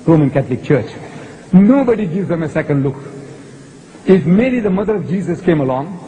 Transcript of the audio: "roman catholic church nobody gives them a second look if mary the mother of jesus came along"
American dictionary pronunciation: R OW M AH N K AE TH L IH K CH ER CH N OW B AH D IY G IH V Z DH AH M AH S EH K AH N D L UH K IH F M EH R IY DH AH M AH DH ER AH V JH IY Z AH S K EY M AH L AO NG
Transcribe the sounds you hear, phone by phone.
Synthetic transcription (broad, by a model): R OW M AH N K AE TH L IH K CH ER CH N OW B AH D IY G IH V Z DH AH M AH S EH K AH N D L UH K IH F M EH L IY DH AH M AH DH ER AH V JH IY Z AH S K EY M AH L AO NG